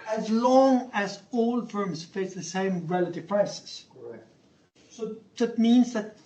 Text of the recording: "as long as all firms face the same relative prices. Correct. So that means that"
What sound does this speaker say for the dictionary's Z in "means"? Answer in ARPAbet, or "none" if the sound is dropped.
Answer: Z